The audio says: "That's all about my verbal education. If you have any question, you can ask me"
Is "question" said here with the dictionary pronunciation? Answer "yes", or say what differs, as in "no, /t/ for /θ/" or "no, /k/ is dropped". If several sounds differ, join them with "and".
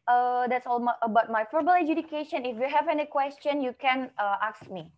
yes